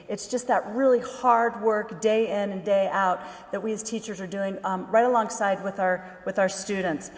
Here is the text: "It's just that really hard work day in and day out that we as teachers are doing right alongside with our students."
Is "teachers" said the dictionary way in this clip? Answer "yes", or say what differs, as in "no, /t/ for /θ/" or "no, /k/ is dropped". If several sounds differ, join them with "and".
yes